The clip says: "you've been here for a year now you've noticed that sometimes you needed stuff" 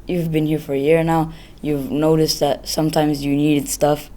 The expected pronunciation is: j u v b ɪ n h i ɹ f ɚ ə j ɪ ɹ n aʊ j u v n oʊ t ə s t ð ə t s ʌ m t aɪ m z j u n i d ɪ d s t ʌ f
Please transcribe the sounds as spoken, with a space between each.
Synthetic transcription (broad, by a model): j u v b ɪ n h i ɹ f ɚ ə j ɪ ɹ n aʊ j u v n oʊ t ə s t ð ə t s ʌ m t aɪ m z j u n i d ɪ d s t ʌ f